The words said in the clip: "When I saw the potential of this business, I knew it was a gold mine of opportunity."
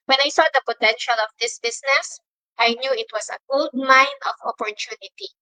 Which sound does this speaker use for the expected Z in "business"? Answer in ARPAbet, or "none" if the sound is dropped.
S